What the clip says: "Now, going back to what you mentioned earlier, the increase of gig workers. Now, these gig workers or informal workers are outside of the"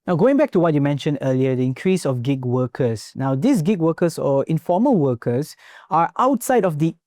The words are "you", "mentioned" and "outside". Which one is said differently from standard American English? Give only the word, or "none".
none